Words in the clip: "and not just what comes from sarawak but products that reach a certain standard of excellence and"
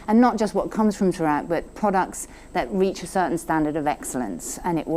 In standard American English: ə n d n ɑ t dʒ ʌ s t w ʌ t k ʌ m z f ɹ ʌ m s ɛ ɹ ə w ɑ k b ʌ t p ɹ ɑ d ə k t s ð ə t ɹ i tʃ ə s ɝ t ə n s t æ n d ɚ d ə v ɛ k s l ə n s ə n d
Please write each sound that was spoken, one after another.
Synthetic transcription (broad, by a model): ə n n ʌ t dʒ ʌ s t w ʌ t k ʌ m z f ɹ ʌ m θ ɹ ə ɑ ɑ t b ʌ t p ɹ ɑ d ə k t s ð ə t ɹ i tʃ ə s ɝ t n s t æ n d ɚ d ə v ɛ k s l ə n s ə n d